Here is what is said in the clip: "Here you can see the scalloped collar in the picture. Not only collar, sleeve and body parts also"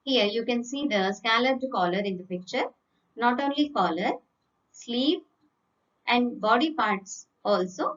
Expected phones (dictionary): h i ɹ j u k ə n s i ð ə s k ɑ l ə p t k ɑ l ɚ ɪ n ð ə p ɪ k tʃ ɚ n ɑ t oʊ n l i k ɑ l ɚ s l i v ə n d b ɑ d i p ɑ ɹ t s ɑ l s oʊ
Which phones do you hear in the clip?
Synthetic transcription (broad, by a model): h i ɹ j u k ə n s i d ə s k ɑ l ə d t k ɑ l ɚ ɪ n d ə p ɪ k tʃ ɚ n ɑ t oʊ n l i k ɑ l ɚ s l i p ə n d b ɑ d i p ɑ ɹ t s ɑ l s oʊ